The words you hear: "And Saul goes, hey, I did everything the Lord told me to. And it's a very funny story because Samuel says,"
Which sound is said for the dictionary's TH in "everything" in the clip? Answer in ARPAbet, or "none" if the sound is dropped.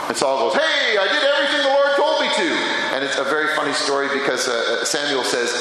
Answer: TH